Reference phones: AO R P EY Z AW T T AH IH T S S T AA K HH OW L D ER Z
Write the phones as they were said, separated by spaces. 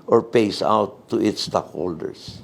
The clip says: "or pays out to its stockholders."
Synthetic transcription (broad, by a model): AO R P EY S AW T T AH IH T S S T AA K HH OW L D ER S